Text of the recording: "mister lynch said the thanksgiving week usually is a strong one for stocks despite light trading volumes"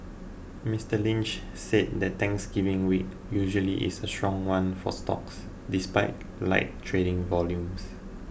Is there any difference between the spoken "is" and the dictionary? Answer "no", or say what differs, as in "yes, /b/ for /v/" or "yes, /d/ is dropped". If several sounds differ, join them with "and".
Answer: yes, /s/ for /z/